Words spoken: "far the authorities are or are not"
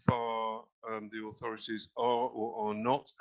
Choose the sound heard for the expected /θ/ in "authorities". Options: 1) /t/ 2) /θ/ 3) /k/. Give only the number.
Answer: 2